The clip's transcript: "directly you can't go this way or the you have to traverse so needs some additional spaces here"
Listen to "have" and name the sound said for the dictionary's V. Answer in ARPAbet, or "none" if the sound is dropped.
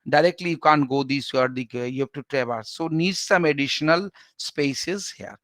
P